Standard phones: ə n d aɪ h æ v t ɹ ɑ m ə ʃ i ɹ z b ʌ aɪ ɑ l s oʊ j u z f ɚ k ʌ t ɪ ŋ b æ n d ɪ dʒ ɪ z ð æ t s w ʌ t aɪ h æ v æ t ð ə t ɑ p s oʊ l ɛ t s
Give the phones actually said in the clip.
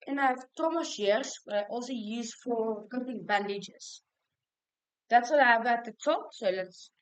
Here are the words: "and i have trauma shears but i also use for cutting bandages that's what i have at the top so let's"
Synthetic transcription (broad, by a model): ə n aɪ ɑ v t ɑ m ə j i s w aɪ ɑ l s oʊ j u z f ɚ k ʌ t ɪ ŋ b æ n d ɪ dʒ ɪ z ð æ t s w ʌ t aɪ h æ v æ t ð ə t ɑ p s oʊ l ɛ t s